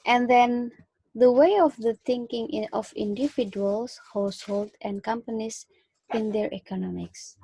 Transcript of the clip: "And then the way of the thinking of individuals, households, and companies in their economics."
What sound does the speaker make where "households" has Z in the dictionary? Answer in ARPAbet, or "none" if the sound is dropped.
none